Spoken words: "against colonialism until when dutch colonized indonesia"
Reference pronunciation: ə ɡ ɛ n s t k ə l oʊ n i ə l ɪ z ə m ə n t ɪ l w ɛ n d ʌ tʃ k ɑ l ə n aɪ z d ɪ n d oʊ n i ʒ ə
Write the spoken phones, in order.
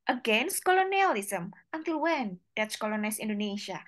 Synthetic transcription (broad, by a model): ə ɡ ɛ n s t k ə l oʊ n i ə l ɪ s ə m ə n t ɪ l w ɛ n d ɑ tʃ k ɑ l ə n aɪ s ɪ n d oʊ n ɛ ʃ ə